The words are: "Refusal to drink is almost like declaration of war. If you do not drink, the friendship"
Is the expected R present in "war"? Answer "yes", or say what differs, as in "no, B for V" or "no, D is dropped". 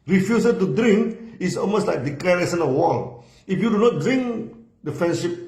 no, L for R